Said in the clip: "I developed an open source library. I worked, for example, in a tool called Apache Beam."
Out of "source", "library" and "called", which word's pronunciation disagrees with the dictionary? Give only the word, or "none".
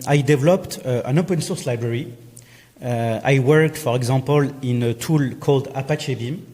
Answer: none